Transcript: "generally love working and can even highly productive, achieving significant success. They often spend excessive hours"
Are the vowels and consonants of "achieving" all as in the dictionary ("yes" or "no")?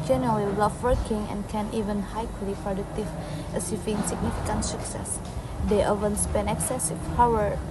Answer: no